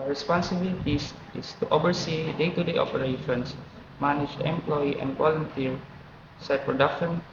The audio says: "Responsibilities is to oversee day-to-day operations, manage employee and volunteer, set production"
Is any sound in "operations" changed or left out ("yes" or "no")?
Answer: yes